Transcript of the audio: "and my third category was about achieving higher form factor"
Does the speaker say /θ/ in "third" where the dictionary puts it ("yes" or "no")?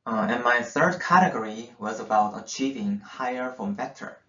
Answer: yes